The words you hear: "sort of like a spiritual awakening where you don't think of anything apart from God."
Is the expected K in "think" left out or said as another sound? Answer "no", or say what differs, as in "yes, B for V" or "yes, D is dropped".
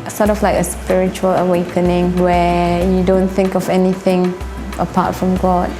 no